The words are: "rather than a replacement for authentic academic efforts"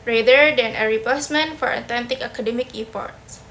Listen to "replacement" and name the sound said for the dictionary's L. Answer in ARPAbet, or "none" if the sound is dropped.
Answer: none